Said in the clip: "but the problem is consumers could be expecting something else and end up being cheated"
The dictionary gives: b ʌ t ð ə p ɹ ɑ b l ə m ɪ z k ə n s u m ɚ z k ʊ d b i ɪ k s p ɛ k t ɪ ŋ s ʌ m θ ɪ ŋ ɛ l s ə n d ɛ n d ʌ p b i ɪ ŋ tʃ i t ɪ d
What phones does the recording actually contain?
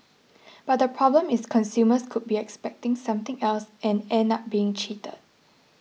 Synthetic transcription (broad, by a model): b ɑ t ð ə p ɹ ɑ b l ə m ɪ s k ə n s u m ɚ s k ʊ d b i ɪ k s p ɛ k t ɪ ŋ s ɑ m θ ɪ ŋ ɛ l s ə n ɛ n ʌ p b i ɪ ŋ tʃ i t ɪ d